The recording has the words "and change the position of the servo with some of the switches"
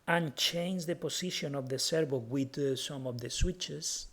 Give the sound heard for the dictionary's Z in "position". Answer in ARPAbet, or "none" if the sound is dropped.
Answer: S